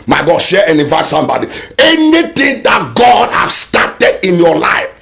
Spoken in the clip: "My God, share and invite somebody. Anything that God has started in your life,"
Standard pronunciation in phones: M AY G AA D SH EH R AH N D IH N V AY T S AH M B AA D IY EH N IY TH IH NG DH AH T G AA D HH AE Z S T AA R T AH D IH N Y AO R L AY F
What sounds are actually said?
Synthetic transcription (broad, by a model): M AY G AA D SH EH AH N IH V AY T S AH M B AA D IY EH N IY T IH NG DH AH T G AA D HH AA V S T AA T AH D IH N Y AO L AY F